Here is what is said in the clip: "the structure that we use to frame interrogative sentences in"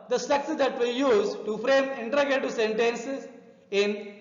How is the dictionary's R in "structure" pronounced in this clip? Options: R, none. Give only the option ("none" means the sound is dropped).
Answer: none